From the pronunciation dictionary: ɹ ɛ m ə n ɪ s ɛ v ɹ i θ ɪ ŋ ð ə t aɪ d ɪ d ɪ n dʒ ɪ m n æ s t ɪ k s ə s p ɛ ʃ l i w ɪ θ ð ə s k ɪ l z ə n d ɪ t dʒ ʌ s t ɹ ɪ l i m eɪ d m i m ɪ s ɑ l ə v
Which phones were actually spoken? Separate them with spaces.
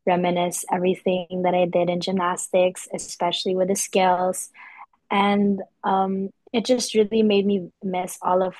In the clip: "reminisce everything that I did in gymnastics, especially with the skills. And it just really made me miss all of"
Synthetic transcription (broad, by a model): ɹ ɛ m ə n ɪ s ɛ v ɹ i θ ɪ ŋ ð ə t aɪ d ɪ d ɪ n dʒ ɪ m n æ s t ɪ k s ə s p ɛ ʃ l i w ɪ ð ə s k ɪ l z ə n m ɪ t dʒ ʌ s t ɹ ɪ l i m eɪ d m i m ɪ s ɑ l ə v